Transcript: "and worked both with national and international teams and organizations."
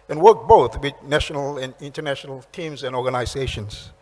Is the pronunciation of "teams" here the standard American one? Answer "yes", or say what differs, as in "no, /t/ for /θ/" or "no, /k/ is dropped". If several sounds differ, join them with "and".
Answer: yes